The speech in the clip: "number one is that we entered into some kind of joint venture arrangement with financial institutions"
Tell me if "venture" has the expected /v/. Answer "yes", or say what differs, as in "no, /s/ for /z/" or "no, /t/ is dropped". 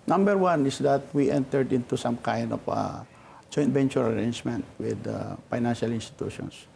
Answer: no, /b/ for /v/